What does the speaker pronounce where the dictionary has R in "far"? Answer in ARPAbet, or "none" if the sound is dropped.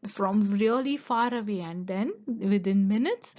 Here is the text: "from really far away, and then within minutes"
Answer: R